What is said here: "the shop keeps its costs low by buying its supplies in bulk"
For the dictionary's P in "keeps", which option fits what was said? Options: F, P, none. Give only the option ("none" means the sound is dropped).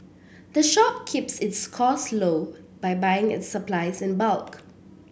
P